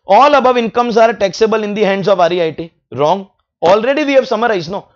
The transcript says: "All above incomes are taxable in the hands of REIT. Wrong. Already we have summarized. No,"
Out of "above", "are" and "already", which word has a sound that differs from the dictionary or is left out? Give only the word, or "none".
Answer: none